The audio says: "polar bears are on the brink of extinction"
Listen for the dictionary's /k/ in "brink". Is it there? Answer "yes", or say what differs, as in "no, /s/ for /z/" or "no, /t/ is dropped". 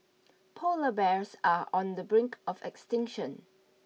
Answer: yes